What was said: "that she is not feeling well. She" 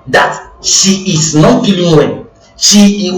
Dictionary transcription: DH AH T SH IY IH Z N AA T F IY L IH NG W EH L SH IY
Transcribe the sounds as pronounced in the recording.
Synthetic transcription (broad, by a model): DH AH T SH IY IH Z N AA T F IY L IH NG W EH N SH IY